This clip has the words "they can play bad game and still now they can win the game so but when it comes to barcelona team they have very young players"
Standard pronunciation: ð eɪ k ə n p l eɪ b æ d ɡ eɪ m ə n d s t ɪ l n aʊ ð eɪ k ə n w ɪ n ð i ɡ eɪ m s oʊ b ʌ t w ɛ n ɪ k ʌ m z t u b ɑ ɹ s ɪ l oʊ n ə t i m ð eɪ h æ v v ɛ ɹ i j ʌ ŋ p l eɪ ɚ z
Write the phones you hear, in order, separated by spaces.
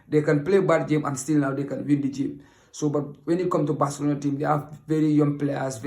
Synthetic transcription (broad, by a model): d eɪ k ə n p l eɪ b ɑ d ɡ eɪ m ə n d s t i l n aʊ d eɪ k ə n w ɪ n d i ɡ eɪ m s oʊ b ʌ t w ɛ n ɪ k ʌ m t u b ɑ s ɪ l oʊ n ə t i m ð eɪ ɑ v v ɛ ɹ i j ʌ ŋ p l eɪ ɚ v